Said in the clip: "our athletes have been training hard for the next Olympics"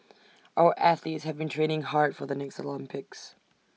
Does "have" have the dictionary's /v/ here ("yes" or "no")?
yes